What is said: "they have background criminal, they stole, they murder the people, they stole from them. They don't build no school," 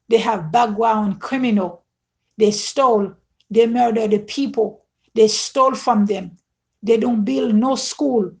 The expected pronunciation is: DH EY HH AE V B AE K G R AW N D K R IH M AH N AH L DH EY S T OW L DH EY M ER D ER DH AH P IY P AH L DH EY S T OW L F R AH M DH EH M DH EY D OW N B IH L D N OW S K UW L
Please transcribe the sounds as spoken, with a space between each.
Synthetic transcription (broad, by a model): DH EY HH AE V B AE G W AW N K R IH M AH N AH L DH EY S T OW L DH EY M ER D ER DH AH P IY P AH L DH EY S T OW L F R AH M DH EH M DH EY D OW N B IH L D N OW S K UW L